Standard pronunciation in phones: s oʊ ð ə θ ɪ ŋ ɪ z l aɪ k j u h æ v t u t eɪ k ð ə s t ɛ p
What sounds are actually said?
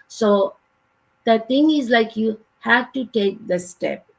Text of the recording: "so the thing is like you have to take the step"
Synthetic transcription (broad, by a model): s oʊ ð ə t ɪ ŋ ɪ z l aɪ k j u h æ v t u t eɪ k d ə s t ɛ p